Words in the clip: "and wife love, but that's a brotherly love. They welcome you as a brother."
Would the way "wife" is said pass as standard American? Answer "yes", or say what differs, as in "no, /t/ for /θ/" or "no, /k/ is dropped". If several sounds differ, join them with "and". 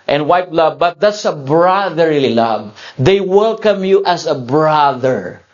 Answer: no, /p/ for /f/